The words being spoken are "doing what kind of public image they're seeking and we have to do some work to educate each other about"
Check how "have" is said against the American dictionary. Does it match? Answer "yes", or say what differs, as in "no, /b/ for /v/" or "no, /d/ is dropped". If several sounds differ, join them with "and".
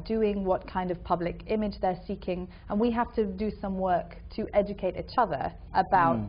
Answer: no, /f/ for /v/